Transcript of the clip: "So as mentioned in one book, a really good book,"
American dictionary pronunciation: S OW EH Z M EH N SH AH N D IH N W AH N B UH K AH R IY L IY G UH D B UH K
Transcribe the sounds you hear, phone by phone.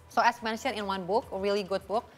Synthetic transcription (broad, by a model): S OW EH S M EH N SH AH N IH N W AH N B UH K AH R IY L IY G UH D B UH K